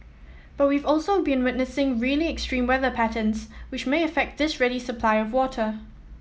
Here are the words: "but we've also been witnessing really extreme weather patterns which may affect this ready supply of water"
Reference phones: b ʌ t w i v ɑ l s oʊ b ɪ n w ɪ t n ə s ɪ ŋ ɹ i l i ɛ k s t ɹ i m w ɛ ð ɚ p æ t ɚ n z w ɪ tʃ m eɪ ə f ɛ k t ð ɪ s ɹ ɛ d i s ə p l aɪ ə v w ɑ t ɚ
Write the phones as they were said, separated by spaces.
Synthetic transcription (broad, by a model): b ʌ t w i v ɑ l s oʊ b ɪ n w ɪ t n ə s ɪ ŋ ɹ i l i ɛ k s t ɹ i m w ɛ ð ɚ p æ t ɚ n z w ɪ tʃ m eɪ ə f ɛ k t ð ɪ s ɹ ɛ d i s ə p l aɪ ə v w ɑ t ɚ